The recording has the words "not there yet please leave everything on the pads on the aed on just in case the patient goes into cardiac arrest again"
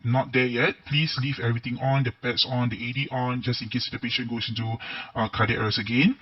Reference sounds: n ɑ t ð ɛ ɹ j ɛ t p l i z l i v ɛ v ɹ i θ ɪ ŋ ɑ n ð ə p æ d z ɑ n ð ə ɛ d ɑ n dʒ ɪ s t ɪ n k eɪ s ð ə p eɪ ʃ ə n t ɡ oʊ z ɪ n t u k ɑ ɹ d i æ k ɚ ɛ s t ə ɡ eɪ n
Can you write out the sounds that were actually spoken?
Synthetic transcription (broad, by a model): n ɑ t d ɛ j ɛ t p l i s l i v ɛ v ɹ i t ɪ ŋ ɑ n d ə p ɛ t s ɑ n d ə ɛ d ɑ n dʒ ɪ s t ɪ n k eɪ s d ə p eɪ ʃ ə n ɡ oʊ s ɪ n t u k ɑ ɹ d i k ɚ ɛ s ə ɡ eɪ n